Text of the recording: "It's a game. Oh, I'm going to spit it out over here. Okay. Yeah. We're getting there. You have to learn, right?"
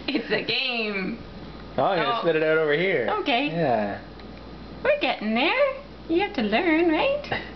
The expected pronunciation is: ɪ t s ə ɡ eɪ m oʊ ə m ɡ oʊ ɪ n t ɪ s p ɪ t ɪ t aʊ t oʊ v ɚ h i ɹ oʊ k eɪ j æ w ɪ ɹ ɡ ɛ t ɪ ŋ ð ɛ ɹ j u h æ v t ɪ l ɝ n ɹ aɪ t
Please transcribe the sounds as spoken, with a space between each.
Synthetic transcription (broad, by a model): ɪ t s ə ɡ eɪ m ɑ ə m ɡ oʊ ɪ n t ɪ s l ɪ t ɪ t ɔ t oʊ v ɚ h i ɹ oʊ k eɪ j æ w ɪ ɹ ɡ ɛ t ɪ ŋ ð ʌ ɹ j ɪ h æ f t ɪ l ɝ n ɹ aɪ t